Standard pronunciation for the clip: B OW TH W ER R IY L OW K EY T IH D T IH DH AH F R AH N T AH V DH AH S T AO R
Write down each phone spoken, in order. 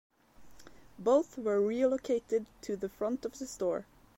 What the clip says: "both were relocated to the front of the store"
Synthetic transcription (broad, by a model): B OW TH W ER R IY L OW K EY T IH D T IH DH AH F R AH N T AH V DH AH S T AO R